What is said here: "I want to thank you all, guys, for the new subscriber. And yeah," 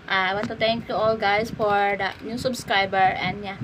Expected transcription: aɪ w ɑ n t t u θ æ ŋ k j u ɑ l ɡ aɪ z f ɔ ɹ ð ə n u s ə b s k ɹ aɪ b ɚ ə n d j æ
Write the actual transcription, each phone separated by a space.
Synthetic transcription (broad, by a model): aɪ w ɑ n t t u t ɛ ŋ k j u ɑ l ɡ aɪ s f ɔ ɹ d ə n u s ə b s k ɹ aɪ b ɚ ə n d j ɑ